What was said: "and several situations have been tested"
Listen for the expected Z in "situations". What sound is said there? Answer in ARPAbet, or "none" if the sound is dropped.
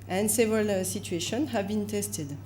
none